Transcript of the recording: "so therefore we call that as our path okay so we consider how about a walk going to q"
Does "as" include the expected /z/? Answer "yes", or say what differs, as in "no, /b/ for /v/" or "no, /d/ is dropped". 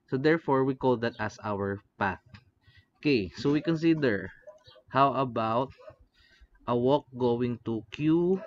no, /s/ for /z/